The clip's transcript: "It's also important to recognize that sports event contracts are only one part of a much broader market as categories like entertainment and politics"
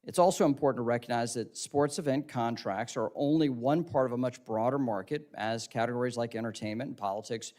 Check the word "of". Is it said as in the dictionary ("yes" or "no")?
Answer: yes